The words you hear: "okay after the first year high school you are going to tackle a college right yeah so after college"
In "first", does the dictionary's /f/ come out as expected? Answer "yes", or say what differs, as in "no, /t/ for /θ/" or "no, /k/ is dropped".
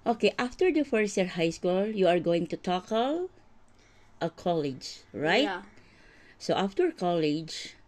yes